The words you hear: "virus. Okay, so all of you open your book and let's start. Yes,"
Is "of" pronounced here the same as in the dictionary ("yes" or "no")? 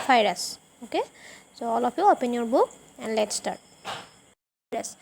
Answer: no